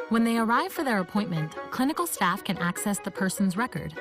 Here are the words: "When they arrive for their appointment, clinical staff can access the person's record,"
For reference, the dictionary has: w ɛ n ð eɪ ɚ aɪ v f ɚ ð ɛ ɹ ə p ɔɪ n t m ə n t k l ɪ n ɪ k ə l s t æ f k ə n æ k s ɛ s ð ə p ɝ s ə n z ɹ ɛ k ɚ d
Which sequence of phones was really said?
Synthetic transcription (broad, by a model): w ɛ n ð eɪ ɚ aɪ v f ɚ ð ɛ ɹ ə p ɔɪ n m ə n t k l ɪ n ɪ k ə l s t æ f k ə n æ k s ɛ s ð ə p ɝ s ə n z ɹ ɛ k ɚ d